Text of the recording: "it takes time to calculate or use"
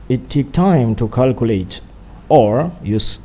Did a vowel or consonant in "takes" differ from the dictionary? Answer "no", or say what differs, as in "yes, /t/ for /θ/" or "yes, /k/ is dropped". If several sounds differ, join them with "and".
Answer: yes, /s/ is dropped